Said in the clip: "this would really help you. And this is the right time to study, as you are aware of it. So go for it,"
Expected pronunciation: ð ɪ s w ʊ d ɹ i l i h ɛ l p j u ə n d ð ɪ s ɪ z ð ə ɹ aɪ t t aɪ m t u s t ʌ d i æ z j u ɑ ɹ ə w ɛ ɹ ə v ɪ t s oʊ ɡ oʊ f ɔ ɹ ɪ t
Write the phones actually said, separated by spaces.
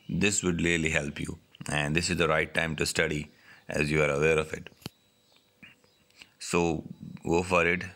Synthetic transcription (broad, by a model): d ɪ s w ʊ d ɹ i l i h ɛ l p j u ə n d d ɪ s ɪ z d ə ɹ aɪ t t aɪ m t u s t ʌ d i æ z j u ɑ ɹ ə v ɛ ɹ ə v ɪ t s oʊ ɡ oʊ f ɔ ɹ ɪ t